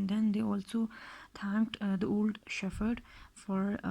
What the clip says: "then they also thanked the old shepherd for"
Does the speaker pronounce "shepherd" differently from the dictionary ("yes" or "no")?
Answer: yes